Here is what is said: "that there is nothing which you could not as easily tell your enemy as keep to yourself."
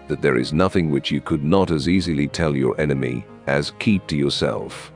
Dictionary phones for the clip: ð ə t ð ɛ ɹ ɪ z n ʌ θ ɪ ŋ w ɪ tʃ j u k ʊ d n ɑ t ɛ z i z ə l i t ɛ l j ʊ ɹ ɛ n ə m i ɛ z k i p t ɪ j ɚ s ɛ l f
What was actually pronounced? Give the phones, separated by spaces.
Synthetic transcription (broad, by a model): ð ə t ð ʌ ɹ ɪ z n ʌ θ ɪ ŋ w ɪ tʃ j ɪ k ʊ d n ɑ t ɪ z i z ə l i t ɛ l j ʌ ɹ ɛ n ə m i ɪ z k i p t ɪ j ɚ s ɛ l f